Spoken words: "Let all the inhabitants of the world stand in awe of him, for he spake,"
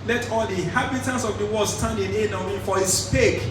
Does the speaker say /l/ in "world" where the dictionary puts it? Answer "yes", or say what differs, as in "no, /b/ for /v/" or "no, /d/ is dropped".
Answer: no, /l/ is dropped